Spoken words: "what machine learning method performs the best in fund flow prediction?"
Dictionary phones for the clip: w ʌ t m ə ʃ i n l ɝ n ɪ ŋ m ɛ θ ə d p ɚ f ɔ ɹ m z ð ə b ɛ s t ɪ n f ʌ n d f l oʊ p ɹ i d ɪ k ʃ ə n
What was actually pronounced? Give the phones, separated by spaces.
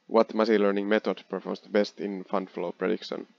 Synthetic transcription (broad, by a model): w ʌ t m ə s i l ɝ n ɪ ŋ m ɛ t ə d p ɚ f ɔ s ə b ɛ s t ɪ n f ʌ n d f l oʊ p ɹ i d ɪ k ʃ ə n